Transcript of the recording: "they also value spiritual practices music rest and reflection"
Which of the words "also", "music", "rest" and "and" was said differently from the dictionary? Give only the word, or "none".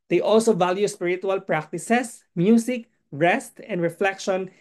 music